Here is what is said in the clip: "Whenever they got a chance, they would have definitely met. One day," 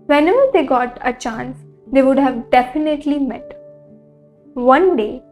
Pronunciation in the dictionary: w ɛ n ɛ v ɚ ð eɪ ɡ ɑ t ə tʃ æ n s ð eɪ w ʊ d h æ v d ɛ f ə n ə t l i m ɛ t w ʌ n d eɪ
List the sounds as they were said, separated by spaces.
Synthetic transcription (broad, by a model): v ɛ n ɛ v ɚ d eɪ ɡ ɑ t ə tʃ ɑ n s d eɪ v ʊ d h æ v d ɛ f ə n ə t l i m ɛ t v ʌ n d eɪ